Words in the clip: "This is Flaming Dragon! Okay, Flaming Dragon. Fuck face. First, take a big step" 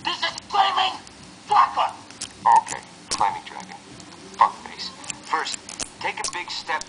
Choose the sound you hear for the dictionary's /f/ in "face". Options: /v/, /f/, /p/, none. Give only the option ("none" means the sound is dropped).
/p/